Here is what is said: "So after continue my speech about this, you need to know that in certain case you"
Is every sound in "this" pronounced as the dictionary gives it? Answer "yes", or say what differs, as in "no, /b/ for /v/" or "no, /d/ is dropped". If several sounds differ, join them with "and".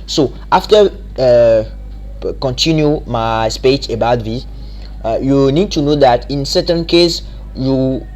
no, /s/ is dropped